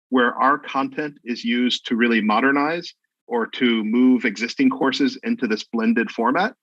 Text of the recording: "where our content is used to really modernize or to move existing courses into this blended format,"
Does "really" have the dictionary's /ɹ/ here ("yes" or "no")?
yes